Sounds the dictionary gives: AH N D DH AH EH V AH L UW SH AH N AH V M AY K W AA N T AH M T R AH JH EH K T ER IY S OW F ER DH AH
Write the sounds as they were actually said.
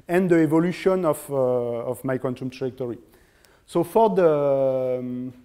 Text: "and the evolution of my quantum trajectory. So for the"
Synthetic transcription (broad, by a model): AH N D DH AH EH V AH L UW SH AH N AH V M AY K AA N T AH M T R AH ZH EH K T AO IY S OW F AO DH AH